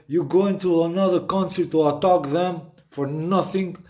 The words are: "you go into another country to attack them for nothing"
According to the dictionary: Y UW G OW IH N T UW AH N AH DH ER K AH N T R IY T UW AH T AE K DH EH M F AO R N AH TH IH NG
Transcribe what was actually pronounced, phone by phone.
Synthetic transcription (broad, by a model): Y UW G OW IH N T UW AH N AH DH ER K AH N S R T UW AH T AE K DH EH M F AO R N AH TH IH NG